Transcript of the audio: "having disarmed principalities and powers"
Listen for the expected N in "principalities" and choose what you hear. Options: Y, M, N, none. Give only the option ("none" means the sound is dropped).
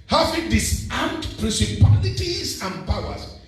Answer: none